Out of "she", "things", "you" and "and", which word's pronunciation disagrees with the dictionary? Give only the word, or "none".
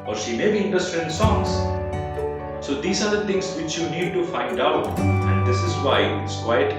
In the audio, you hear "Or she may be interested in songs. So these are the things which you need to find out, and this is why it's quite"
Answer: things